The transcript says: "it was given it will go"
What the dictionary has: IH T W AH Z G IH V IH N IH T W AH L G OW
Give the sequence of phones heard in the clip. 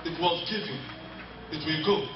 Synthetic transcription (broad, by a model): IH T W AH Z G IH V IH IH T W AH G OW